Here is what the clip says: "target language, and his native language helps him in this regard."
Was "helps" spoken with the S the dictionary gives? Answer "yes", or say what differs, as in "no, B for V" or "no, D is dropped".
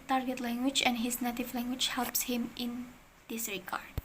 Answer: yes